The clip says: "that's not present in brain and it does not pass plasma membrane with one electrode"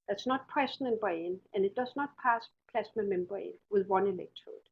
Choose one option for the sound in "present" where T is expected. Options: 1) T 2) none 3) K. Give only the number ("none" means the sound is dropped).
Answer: 2